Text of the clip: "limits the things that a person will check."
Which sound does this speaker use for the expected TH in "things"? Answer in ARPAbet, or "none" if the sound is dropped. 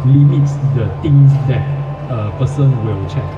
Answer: T